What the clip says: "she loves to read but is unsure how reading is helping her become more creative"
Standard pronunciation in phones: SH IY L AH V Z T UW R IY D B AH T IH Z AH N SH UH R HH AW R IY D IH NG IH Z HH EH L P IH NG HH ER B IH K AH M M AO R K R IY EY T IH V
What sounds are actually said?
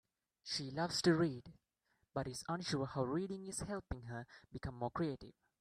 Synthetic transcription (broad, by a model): SH IY L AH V S T UW R IY D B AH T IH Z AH N SH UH HH AW R IY D IH NG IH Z HH EH L P IH NG HH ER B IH K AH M M AO K R IY EY T IH V